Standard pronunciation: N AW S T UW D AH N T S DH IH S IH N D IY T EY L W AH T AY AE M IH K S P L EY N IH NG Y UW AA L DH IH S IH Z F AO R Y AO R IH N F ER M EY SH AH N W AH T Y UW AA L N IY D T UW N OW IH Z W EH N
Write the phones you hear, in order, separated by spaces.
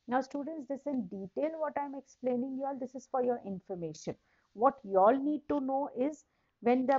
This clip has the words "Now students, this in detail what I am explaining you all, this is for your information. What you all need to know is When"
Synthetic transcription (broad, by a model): N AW S T UW D AH N T S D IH S IH N D IY T EY L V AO T AY M IH K S P L EY N IH NG Y UW AA L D IH S IH Z F AO R Y AO R IH N F ER M EY SH AH N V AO T Y UW AA L N IY D T UW N OW IH Z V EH N